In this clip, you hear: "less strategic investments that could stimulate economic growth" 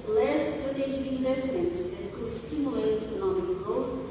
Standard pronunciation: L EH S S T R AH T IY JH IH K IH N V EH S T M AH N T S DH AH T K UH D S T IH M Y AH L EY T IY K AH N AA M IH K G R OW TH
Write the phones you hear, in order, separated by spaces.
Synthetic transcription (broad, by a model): L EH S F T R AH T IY SH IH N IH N V EH S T M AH N T S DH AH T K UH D S T IH M Y AH L EY T IY K AH N AA M IH K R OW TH